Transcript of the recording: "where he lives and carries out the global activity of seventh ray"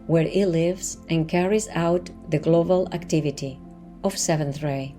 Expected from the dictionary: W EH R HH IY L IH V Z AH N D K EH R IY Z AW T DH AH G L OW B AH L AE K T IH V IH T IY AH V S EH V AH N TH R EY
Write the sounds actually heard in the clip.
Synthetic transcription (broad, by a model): W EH R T L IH V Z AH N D K EH R IY Z AW T DH AH G L OW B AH L AE K T IH V IH T IY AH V S EH V AH N TH R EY